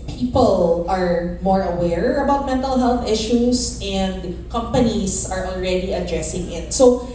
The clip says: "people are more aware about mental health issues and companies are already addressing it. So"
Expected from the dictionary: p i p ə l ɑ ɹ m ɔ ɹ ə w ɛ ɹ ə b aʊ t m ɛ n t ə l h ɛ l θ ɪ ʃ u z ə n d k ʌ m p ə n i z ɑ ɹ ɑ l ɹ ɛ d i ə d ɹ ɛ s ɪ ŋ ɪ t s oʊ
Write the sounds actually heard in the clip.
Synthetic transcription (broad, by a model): p i p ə l ɑ ɹ m ɔ ɹ ə w ɛ ɹ ə b aʊ t m ɛ n t ə l h ɛ l θ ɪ ʃ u s ə n d k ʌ m p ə n i s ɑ ɹ ɑ l ɹ ɛ d i ə d ɹ ɛ s ɪ ŋ ɪ t s oʊ